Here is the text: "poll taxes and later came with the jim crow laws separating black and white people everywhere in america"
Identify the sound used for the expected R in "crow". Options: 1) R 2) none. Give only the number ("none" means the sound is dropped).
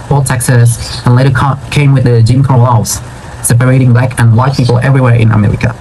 2